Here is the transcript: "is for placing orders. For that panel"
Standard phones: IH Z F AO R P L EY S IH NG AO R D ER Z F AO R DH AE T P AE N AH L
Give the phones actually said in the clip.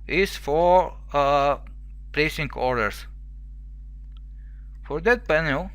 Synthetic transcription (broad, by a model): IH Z F AO R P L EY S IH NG AO R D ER S F AO R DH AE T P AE N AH L